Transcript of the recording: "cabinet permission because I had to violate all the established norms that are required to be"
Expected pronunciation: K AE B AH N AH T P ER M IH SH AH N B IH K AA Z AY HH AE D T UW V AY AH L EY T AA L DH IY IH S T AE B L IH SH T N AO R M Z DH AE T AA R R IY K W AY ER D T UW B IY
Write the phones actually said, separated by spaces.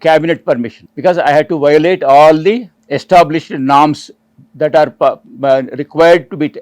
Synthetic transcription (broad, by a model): K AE B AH N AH T P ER M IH SH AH N B IH K AA Z AY HH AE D T UW V AY AH L EY T AA L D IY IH S T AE B L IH SH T N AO R M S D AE T AA R R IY K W AY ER D T UW B IY